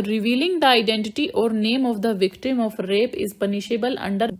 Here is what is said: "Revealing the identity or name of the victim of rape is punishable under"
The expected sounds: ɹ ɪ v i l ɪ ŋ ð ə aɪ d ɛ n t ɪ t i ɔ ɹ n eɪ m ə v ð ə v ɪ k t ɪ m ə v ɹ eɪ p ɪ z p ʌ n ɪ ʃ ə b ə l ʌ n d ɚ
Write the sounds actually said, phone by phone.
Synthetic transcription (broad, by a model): ɹ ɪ v i l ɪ ŋ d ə aɪ d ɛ n t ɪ t i ɔ ɹ n eɪ m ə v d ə v ɪ k t ɪ m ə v ɹ eɪ p ɪ z p ʌ n ɪ ʃ ə b ə l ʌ n d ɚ